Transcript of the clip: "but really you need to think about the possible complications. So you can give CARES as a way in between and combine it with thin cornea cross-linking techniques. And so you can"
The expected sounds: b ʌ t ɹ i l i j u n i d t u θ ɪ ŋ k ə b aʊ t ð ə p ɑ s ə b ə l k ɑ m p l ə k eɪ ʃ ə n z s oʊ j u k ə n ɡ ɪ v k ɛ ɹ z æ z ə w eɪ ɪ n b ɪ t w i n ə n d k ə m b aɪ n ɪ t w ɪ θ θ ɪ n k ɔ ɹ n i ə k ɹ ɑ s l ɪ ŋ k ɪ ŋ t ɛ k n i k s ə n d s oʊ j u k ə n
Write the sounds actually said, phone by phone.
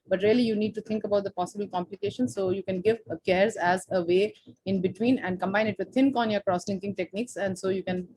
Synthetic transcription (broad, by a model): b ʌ t ɹ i l i j u n i d t u t ɪ ŋ k ə b aʊ t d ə p ɑ s ə b ə l k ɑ m p l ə k eɪ ʃ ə n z s oʊ j u k ə n ɡ ɪ v k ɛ ɹ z æ z ə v eɪ ɪ n b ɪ t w i n ə n d k ə m b aɪ n ɪ t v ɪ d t ɪ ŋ k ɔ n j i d k ɹ ɑ s l ɪ ŋ k ɪ ŋ t ɛ k n i k s ə n d s oʊ j u k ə n